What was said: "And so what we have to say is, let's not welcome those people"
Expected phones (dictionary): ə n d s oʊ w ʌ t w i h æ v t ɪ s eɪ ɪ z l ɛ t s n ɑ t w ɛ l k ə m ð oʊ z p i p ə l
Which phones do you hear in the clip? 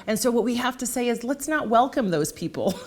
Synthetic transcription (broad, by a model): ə n s oʊ w ʌ t w i h æ f t ɪ s eɪ ɪ z l ɛ t s n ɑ t w ɛ l k ə m ð oʊ z p i p l